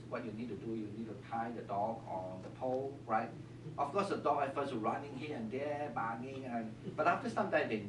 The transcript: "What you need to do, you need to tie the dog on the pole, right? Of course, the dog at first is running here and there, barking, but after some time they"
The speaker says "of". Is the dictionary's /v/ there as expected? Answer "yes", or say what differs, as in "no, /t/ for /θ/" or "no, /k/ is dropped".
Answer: no, /f/ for /v/